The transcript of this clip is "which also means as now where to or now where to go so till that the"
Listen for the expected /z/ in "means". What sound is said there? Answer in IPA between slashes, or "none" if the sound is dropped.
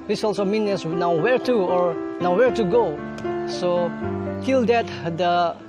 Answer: none